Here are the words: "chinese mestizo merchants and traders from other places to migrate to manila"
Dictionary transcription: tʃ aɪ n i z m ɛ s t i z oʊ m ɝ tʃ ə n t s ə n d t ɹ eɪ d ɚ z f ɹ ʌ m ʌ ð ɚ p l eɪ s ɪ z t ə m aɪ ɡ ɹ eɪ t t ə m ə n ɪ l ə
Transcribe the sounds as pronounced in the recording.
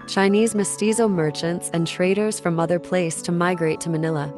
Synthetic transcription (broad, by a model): tʃ aɪ n i z m ɛ s t i z oʊ m ɝ tʃ ə n t s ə n t ɹ eɪ d ɚ z f ɹ ʌ m ʌ ð ɚ p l eɪ ɪ s t ə m aɪ ɡ ɹ eɪ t t ə m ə n ɪ l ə